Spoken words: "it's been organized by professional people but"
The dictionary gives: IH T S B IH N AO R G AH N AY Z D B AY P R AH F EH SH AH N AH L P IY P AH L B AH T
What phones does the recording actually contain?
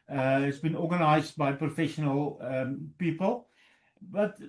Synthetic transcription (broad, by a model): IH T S B IH N AO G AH N AY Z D B AY P R AH F EH SH AH N AH L P IY P AH L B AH T